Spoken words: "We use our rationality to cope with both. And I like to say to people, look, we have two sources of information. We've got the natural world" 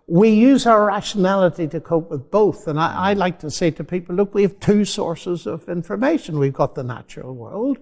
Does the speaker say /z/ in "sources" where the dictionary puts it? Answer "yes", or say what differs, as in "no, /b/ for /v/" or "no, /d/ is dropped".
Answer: yes